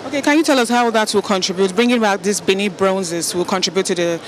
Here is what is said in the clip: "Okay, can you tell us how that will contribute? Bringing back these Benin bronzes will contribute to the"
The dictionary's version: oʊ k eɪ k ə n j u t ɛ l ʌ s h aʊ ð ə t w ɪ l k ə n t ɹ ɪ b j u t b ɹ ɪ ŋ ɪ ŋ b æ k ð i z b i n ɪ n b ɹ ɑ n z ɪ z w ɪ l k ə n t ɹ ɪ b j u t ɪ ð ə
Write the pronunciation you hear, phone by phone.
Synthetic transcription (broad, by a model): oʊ k eɪ k ə n j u t ɛ l ʌ s h aʊ ð ə t w ɪ l k ə n t ɹ ɪ b j u t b ɹ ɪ ŋ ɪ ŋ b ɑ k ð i s b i n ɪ b ɹ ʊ n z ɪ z w ɪ l k ə n t ɹ ɪ b j u t ɪ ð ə